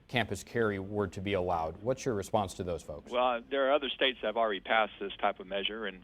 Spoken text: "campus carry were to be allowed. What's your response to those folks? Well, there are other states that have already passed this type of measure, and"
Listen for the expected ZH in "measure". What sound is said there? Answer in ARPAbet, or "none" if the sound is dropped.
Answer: ZH